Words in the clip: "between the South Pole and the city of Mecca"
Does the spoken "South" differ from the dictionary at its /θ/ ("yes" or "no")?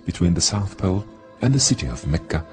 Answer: no